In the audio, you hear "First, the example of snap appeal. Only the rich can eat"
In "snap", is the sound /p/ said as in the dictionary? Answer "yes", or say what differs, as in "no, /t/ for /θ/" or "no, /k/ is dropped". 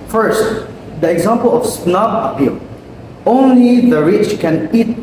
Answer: no, /b/ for /p/